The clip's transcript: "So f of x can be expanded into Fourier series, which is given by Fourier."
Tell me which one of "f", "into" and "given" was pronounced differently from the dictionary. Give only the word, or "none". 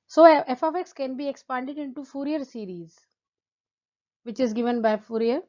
none